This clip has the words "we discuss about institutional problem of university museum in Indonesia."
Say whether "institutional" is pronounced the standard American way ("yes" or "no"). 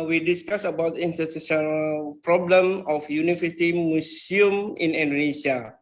no